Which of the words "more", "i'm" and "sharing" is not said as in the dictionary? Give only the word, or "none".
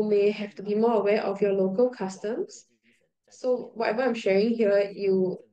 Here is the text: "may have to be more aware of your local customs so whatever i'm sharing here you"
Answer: none